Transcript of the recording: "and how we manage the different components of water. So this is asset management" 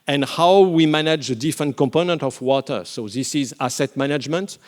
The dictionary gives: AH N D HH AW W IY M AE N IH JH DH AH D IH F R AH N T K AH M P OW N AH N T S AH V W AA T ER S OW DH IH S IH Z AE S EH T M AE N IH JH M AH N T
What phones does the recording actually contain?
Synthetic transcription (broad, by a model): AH N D HH AW W IY M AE N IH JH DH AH D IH F R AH N T K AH M P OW N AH N T AH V W AA T ER S OW DH IH S IH Z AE S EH T M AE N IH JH M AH N T